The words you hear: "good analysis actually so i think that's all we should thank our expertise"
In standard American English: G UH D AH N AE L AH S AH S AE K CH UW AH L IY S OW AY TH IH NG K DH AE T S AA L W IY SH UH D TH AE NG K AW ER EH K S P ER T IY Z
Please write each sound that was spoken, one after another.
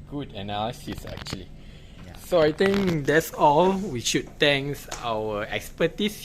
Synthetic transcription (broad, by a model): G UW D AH N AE L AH S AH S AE K CH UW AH L IY S OW AY T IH NG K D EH T S AA L W IY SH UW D T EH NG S AW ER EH K S P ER T IY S